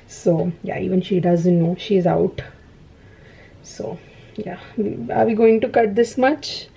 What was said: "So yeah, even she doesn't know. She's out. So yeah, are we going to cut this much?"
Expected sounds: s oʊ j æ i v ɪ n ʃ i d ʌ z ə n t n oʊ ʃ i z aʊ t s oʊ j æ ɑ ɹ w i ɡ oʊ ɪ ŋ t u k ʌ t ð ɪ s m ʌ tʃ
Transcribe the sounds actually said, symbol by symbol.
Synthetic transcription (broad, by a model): s oʊ j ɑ i v ɪ n ʃ i d ʌ z ə n t n oʊ ʃ i z aʊ t s oʊ j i ɑ ɹ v i ɡ oʊ ɪ ŋ t u k ʌ t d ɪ s m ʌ tʃ